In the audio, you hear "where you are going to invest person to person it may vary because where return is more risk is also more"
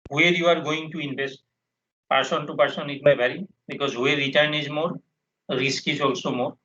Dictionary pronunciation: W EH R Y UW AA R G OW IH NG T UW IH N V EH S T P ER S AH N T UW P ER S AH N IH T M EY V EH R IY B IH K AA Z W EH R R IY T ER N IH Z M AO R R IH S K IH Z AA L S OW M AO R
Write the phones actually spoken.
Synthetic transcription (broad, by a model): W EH R Y UW AA R G OW IH NG T UW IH N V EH S T P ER S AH N T UW P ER S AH N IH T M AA B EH R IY B IH K AA Z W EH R R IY T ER N IH Z M AO R R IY S K IH Z AA L S OW M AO R